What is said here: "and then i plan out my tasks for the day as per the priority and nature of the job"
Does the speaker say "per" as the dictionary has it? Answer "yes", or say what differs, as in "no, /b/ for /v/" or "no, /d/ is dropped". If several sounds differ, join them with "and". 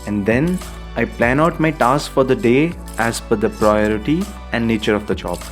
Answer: no, /f/ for /p/